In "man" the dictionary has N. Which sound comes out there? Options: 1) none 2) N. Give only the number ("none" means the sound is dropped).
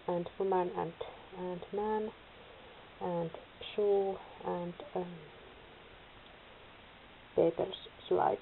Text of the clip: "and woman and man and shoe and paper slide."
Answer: 2